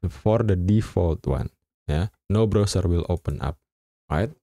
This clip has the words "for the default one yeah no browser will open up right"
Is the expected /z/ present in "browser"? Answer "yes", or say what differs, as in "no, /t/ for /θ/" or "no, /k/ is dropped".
no, /s/ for /z/